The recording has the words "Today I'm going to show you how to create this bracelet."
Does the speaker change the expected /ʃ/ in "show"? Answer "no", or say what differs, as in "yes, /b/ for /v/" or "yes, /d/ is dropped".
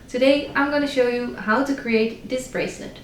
no